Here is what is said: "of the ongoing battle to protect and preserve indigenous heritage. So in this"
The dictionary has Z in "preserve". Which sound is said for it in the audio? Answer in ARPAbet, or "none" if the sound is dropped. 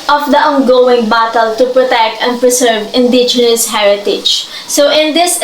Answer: S